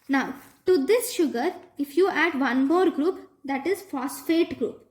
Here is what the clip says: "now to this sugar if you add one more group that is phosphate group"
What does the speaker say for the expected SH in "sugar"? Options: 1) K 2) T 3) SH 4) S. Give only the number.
3